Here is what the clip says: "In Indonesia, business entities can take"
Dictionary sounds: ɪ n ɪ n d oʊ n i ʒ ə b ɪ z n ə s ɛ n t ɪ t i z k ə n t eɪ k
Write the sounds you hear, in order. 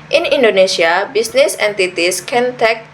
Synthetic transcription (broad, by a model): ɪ n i n d oʊ n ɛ s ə b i s n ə s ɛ n t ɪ t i s k ə n t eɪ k